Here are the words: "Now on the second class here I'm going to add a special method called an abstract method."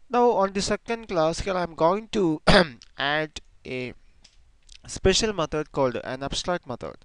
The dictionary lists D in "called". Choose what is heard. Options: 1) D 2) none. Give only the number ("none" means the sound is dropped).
1